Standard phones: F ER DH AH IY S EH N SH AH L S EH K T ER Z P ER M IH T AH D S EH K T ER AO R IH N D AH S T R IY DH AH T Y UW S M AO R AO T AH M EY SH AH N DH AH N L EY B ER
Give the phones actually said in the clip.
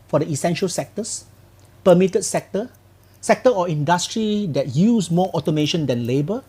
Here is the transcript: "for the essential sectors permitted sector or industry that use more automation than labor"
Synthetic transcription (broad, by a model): F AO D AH IY S EH N SH AH L S EH K T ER S P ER M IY T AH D S EH K T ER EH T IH N D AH S T R IY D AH T Y UW S M AO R AO T AH M EY SH AH N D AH N L EY B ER